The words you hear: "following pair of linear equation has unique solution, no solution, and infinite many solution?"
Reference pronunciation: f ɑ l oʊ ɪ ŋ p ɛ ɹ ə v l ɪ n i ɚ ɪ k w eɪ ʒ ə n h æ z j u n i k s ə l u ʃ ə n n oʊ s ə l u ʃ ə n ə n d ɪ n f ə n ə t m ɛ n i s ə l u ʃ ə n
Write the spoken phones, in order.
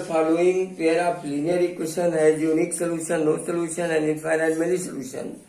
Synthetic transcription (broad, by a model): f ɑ l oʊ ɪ ŋ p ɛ ɹ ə p l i n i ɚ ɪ k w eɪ ʃ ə n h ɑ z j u n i k s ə l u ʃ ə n n oʊ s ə l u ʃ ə n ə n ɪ f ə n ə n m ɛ l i s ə l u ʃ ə n